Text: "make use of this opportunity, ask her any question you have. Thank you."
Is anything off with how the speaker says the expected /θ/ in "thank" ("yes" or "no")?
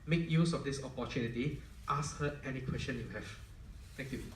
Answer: yes